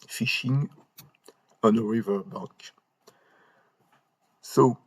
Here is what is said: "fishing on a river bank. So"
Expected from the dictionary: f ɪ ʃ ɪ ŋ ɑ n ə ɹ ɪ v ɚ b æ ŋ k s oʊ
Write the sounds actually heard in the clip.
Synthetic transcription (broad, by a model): f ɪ ʃ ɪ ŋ ɑ n ə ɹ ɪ v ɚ b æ k s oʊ